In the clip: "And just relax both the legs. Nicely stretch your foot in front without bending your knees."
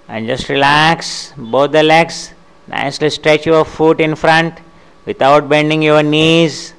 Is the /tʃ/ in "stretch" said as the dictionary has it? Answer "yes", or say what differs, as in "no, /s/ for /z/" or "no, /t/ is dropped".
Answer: yes